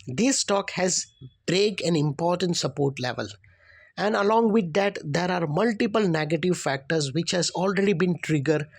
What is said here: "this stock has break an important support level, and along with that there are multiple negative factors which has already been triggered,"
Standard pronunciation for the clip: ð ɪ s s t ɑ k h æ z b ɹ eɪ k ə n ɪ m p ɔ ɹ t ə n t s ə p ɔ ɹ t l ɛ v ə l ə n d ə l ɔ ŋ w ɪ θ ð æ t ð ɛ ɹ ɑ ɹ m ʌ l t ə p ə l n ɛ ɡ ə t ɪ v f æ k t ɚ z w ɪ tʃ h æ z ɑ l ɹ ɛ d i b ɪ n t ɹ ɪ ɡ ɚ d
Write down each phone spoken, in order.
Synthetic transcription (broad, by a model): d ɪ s s t ɑ k h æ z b ɹ eɪ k ə n ɪ m p ɔ ɹ t ə n t s ə p ɔ ɹ t l ɛ v ə l ə n d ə l ɔ ŋ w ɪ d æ t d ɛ ɹ ɑ ɹ m ʌ l t ə p ə l n ɛ ɡ ə t ɪ v f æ k t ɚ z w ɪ tʃ h æ z ɑ l ɹ ɛ d i b ɪ n t ɹ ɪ ɡ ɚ d